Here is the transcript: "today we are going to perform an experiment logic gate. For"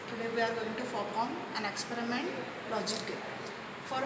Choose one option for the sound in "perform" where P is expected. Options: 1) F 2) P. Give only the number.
1